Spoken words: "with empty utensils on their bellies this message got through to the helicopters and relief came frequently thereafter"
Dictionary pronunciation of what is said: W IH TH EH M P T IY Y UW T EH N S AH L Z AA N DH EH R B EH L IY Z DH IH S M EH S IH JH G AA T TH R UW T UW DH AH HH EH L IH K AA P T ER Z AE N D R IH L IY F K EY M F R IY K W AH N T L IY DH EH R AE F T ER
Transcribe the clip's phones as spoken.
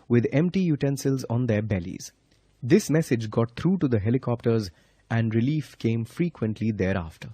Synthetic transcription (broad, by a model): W IH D EH M P T IY Y UW T EH N S AH L Z AA N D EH R B EH L IY Z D IH S M EH S IH JH G AA T T R UW T UW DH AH HH EH L IH K AA P T ER Z AE N D R IH L IY F K EY M F R IY K W AH N T L IY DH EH R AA F T ER